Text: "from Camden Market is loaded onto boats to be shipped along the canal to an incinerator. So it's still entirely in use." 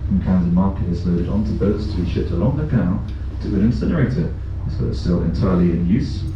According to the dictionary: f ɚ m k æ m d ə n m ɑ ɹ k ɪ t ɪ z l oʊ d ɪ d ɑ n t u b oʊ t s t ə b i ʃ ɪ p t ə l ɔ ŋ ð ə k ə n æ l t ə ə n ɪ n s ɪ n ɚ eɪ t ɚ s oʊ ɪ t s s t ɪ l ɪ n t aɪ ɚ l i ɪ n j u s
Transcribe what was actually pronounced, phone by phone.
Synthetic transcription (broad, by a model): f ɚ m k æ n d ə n m ɑ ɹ k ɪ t ɪ z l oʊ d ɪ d n t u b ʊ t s t ə b i ʃ ɪ p t ə l ɔ ŋ ð ə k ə ʊ n t ə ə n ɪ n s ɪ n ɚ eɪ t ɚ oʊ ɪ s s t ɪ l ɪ n t aɪ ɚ l i ɪ n j u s